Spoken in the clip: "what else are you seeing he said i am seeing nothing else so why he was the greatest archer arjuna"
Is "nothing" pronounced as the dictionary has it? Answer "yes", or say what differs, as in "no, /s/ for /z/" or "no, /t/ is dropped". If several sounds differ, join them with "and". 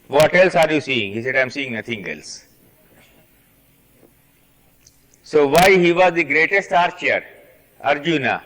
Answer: no, /t/ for /θ/